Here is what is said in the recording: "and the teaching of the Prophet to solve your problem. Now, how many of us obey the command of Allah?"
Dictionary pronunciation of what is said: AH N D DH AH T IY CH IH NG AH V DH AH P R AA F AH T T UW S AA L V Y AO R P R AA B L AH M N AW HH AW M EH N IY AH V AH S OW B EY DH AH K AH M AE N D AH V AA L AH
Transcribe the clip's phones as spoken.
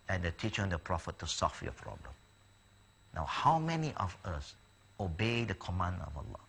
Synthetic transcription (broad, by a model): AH N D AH T IY CH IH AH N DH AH P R AA F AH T T UW S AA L F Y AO P R AA B L AH M N AW HH AW M EH N IY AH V AH S OW B EY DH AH K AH M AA N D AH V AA L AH